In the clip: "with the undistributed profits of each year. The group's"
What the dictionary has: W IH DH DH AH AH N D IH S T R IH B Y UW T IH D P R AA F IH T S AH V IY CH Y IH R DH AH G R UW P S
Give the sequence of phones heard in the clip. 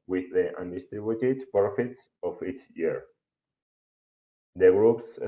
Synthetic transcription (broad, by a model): W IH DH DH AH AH N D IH S T R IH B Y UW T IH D P R AA F IH T S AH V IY S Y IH R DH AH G R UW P S